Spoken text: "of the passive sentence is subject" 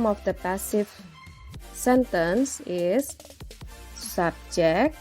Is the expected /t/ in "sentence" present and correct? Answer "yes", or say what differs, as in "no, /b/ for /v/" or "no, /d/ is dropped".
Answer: yes